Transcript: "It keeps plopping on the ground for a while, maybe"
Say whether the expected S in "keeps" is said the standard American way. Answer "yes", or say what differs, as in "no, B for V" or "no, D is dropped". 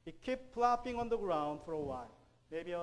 no, S is dropped